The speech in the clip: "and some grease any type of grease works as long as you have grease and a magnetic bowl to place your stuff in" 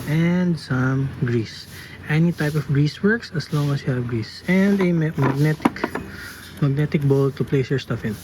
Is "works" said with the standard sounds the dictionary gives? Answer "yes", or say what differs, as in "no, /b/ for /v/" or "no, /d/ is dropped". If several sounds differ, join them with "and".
yes